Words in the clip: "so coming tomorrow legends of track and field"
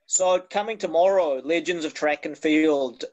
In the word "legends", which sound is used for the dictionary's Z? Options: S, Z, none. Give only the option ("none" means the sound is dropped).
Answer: Z